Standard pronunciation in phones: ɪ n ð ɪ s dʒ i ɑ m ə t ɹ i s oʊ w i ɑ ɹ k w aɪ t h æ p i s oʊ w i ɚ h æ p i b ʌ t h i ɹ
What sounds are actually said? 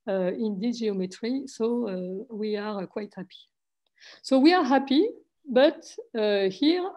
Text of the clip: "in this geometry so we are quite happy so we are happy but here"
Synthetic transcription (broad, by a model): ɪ n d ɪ dʒ i ɑ m ə t ɹ i s oʊ w i ɑ ɹ k w aɪ t h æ p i s oʊ w i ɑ h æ p i b ʌ t h i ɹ